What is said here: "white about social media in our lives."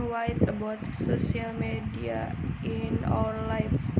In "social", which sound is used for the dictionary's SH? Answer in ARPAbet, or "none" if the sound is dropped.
S